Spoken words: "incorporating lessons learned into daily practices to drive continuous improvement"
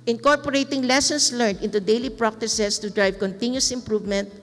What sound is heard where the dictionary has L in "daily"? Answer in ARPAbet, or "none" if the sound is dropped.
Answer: L